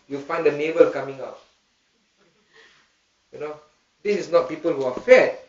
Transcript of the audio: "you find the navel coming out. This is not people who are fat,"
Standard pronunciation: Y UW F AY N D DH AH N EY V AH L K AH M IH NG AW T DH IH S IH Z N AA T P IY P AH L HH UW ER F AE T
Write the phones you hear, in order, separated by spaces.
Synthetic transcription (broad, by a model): Y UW F AY N D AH N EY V AH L K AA M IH NG AW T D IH S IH S N AA T P IY P AH L HH UW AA F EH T